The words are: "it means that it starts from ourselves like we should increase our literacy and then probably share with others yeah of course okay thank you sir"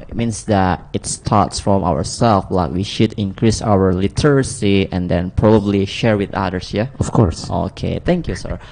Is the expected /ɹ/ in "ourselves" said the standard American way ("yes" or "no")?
no